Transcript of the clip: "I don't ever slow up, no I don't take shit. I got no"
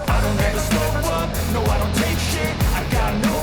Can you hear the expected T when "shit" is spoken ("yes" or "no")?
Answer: no